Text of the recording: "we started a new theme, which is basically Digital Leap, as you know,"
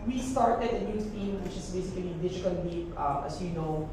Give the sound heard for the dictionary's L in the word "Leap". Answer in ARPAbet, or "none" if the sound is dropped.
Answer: W